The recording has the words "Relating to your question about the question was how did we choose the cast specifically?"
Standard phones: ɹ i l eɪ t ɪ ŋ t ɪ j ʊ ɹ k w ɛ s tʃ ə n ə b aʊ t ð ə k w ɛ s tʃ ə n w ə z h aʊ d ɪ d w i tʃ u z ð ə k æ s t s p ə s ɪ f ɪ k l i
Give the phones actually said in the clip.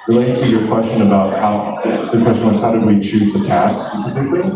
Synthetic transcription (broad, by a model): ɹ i l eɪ ɪ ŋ t ɪ j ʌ ɹ k w ɛ s tʃ ə n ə b aʊ t ð ə k w ɛ s tʃ ə n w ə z h aʊ d ɪ d w i tʃ u z ð ə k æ s s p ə s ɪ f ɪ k l i